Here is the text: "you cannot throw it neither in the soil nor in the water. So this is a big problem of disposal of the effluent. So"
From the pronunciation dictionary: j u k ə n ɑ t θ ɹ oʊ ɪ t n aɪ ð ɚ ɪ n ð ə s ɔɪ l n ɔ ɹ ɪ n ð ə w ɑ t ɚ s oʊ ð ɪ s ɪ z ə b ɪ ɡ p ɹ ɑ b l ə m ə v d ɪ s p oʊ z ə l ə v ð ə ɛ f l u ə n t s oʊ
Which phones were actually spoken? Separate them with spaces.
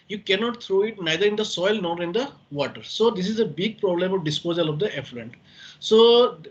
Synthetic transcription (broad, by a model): j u k ə n ɑ t t ɹ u ɪ t n aɪ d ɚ ɪ n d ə s ɔɪ l n ɔ ɹ ɪ n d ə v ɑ t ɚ s oʊ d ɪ s ɪ z ə b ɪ ɡ p ɹ ɑ b l ə m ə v d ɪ s p oʊ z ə l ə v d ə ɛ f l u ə n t s oʊ